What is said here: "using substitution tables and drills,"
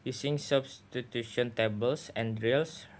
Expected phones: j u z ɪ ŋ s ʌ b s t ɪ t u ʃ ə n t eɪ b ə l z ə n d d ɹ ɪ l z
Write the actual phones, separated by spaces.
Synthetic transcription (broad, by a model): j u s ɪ ŋ s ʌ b s t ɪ t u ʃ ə n t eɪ b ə l s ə n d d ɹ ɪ l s